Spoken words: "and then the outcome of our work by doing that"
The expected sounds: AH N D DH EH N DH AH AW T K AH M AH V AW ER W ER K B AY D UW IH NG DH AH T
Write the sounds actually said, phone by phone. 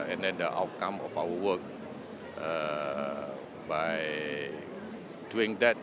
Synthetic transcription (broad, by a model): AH N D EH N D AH AW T K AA M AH F AW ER W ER K B AY D UW IH NG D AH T